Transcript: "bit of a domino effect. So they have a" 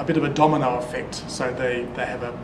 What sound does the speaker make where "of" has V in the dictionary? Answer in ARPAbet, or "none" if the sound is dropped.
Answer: V